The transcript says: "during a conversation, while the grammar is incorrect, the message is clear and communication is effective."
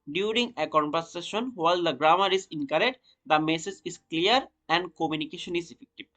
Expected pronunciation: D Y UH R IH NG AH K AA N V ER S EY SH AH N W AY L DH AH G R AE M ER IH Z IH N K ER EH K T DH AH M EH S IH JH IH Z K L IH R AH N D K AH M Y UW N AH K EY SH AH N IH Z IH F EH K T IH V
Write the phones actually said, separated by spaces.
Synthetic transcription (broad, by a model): D Y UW R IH NG AH K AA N P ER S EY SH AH N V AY L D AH G R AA M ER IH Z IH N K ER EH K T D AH M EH S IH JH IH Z K L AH R AH N D K AH M Y UW N AH K EY SH AH N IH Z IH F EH K T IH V